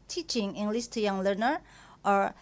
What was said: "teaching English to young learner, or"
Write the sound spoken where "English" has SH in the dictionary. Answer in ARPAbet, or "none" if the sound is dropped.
S